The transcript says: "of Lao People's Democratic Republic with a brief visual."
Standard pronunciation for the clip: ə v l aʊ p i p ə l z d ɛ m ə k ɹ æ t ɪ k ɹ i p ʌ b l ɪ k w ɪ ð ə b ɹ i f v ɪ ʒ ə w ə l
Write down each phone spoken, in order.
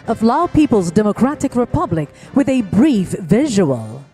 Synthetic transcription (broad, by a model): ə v l aʊ p i p ə l z d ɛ m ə k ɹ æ t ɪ k ɹ i p ʌ b l ɪ k w ɪ ð ə b ɹ i f v ɪ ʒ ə w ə l